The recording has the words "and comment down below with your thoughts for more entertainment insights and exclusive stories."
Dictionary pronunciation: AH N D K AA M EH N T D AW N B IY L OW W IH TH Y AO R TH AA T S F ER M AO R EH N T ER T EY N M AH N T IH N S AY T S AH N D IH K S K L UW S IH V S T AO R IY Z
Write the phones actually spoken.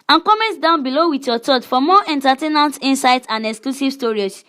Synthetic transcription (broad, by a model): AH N K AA M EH N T D AW N B IY L OW W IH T Y AO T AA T F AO M AO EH N T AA T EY N AH N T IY N S AY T AH N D IH K S K L UW S IH V S T AO R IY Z